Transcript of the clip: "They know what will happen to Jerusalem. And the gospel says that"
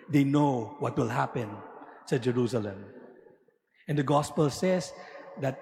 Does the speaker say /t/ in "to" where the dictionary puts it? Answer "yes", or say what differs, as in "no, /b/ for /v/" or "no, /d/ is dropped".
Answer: no, /s/ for /t/